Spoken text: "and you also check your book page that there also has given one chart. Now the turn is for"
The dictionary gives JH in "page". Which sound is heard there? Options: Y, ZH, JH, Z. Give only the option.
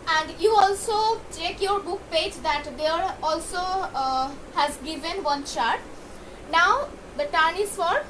JH